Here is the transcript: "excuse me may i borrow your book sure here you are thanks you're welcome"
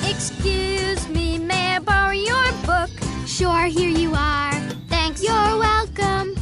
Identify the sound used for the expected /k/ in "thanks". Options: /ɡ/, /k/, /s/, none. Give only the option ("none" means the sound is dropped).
/k/